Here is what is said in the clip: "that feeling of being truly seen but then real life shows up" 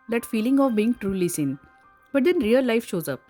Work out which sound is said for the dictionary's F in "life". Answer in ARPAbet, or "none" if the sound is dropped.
F